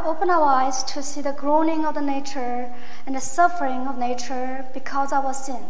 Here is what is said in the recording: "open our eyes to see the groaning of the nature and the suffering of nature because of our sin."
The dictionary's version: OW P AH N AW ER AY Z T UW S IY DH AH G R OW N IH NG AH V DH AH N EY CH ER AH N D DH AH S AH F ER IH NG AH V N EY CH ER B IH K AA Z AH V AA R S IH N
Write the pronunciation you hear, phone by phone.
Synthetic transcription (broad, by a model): OW P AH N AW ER AY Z T UW S IY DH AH G R OW N IH NG AH V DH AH N EY CH ER AH N D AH S AH F ER IH NG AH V N EY CH ER B IH K AA Z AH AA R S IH N